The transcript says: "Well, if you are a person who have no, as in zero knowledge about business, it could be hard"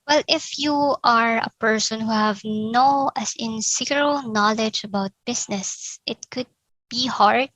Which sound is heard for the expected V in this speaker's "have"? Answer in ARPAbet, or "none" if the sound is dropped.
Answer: V